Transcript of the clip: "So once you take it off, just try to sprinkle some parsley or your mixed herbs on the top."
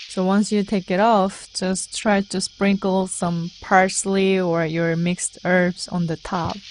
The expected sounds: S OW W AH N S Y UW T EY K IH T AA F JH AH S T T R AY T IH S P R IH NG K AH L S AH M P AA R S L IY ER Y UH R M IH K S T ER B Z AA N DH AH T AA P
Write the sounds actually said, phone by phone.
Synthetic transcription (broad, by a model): S OW W AH N S Y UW T EY K IH T AA F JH AH S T T R AY T IH S P R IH NG K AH L S AH M P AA R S L IY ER Y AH R M IH K S T ER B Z N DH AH T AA P